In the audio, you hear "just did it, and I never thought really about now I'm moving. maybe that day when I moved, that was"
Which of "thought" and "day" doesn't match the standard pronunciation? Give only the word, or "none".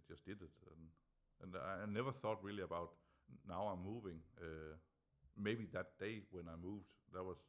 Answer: none